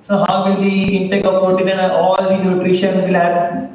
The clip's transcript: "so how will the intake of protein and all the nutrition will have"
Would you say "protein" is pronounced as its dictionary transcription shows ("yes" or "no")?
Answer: no